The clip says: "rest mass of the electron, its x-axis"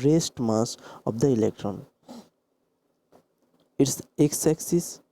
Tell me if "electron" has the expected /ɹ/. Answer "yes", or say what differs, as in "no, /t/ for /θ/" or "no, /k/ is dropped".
yes